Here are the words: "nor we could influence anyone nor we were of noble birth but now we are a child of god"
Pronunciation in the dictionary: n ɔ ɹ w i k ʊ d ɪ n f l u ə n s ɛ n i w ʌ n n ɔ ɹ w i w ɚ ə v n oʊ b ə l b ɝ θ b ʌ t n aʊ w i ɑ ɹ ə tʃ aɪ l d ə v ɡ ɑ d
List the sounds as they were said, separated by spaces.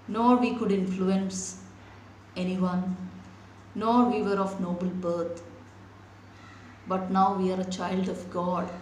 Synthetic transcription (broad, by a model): n ɔ ɹ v i k ʊ d ɪ n f l u ə n s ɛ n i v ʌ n n ɔ ɹ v i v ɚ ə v n oʊ b ə l b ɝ t b ʌ t n aʊ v i ɑ ɹ ə tʃ aɪ l d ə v ɡ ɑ d